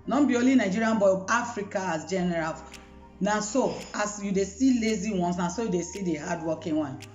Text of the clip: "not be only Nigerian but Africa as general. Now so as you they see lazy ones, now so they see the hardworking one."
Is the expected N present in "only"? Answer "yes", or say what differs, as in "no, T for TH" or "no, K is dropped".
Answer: no, N is dropped